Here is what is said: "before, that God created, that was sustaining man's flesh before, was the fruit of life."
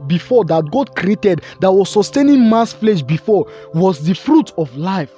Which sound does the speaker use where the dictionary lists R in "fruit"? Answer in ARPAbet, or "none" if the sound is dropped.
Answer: R